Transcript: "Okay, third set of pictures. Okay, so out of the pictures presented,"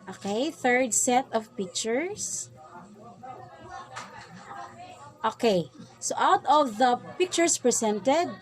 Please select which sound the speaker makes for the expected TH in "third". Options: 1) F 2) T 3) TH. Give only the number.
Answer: 3